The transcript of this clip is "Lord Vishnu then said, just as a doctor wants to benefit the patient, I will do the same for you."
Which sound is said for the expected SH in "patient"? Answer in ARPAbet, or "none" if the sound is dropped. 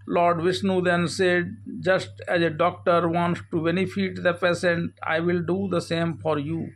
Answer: S